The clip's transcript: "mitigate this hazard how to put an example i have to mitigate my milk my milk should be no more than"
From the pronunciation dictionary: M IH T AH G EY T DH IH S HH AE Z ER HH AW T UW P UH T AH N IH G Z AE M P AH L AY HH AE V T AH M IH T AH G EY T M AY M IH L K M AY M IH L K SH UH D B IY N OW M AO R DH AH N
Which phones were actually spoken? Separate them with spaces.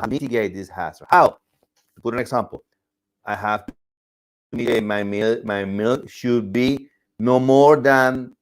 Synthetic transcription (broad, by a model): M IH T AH G EY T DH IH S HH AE S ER HH AW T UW P UH T AH N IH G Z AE M P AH L AY HH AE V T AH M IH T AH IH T M AY M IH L M AY M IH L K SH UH D B IY N OW M AO R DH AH N